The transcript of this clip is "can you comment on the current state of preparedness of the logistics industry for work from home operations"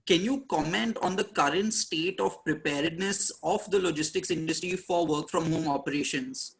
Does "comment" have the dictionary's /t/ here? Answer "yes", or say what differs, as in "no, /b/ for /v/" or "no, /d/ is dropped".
yes